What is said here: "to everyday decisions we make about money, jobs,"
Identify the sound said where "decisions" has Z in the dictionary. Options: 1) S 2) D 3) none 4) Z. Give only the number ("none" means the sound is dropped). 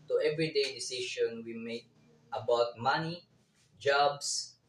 3